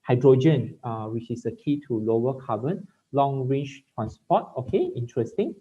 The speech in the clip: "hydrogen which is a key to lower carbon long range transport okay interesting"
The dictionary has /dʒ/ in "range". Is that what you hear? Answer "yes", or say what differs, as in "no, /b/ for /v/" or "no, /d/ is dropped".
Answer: no, /tʃ/ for /dʒ/